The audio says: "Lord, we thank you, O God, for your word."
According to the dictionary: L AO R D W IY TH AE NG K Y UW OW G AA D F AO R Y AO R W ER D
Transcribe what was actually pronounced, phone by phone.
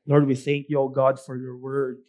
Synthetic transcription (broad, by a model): L AO R D W IY TH AE NG K Y UW OW G AA D F AO R Y AO R W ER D